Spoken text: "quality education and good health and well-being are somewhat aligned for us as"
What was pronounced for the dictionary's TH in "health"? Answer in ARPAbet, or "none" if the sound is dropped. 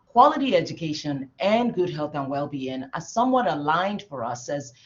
TH